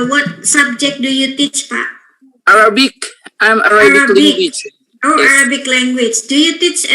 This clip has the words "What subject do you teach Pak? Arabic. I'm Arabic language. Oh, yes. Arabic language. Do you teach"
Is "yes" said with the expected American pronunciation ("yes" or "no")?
no